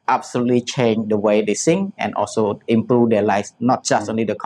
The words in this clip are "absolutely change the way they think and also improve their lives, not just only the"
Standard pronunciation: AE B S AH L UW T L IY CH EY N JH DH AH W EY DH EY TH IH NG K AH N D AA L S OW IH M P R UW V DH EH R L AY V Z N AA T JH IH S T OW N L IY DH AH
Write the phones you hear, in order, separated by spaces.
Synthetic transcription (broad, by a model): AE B S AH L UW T L IY CH EY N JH AH W EY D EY S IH NG AH N AA L S OW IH M P R UW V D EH L AY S N AA T JH IH S T OW N L IY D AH